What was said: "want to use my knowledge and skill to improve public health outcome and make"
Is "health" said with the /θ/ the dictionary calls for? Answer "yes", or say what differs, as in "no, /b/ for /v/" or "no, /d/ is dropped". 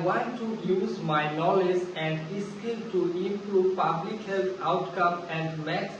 no, /t/ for /θ/